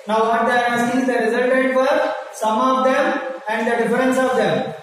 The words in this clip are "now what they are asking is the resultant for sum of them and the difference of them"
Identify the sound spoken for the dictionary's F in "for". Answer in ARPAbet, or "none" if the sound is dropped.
P